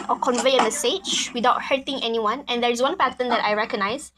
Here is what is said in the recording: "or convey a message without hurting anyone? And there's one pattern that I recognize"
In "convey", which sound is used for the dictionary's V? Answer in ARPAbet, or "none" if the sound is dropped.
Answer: V